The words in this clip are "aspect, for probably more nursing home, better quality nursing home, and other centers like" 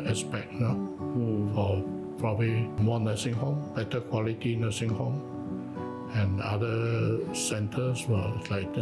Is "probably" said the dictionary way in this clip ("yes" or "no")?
yes